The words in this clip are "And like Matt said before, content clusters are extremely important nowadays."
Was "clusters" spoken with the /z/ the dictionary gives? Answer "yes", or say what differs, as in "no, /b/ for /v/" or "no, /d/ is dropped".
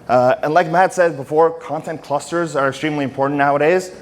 yes